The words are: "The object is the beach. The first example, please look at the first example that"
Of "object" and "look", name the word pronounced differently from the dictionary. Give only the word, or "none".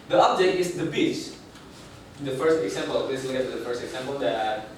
object